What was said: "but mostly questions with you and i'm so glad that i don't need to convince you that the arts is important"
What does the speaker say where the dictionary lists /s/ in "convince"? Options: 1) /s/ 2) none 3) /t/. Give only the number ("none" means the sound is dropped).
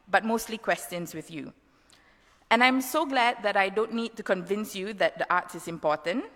1